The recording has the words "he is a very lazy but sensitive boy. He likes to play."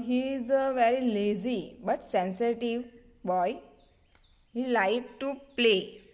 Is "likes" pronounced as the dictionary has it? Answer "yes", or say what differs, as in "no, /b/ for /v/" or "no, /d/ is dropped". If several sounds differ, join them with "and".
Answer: no, /s/ is dropped